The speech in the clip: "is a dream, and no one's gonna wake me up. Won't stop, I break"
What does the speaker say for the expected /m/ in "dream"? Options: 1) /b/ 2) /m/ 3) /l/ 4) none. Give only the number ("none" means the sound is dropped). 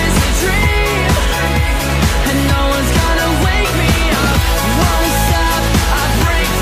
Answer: 4